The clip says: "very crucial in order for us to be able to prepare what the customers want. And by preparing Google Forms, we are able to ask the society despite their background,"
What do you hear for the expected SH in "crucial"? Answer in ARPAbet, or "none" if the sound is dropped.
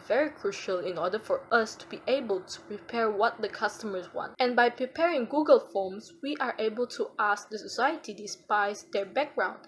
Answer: SH